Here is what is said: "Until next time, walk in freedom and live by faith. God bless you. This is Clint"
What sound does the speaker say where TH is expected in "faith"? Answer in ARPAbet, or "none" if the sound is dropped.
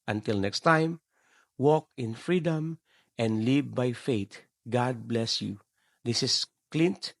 T